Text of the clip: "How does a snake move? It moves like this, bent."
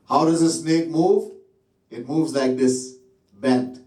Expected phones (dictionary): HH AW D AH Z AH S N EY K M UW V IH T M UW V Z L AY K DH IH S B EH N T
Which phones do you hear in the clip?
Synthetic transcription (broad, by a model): HH AW D AH Z AH S N EY K M UW V IH T M UW V Z L AY K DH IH S B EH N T